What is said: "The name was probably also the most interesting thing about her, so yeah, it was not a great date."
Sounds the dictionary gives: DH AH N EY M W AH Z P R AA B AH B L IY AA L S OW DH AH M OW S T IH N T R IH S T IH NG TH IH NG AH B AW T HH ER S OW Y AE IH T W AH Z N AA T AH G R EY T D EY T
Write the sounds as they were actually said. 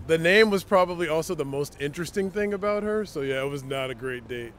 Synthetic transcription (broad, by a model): DH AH N EY M W AH Z P R AA B AH B L IY AA L S OW DH AH M OW S T IH N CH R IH S T IH NG TH IH NG AH B AW T HH ER S OW Y AE IH T W AH Z N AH T AH G R EY T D EY T